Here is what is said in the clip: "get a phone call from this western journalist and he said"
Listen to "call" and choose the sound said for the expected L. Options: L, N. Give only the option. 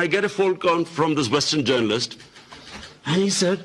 N